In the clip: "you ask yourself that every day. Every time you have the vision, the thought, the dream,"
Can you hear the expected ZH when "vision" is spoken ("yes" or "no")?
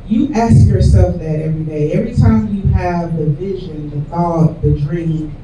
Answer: yes